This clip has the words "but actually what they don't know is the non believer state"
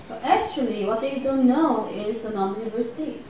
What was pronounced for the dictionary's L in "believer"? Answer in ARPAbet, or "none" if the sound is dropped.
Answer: N